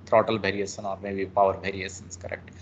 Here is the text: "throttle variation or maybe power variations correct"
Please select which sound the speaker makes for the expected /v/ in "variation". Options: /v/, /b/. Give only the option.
/b/